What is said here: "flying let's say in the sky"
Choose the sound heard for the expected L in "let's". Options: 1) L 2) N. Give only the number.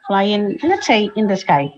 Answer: 2